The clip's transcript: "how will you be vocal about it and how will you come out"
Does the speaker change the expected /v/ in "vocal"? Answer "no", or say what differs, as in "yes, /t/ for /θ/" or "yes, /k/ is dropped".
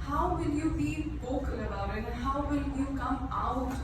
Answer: yes, /b/ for /v/